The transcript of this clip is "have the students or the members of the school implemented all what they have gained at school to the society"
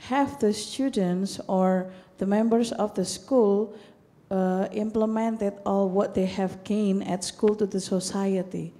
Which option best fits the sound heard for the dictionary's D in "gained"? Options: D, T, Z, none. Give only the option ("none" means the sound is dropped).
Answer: none